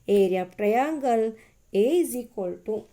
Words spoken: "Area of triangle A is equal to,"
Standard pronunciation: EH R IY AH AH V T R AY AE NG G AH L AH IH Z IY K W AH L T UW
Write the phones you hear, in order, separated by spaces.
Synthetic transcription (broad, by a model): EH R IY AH P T AY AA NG G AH L AH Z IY K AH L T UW